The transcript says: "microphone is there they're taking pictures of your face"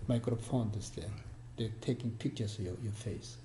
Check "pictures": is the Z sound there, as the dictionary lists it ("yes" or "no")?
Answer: no